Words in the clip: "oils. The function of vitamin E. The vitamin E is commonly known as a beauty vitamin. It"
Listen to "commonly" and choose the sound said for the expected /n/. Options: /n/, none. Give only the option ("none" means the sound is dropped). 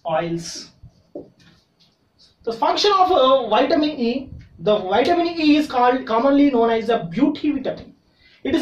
/n/